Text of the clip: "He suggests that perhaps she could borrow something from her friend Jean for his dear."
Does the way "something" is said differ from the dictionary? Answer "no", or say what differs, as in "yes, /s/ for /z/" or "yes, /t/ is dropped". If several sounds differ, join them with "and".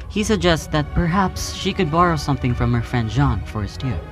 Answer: no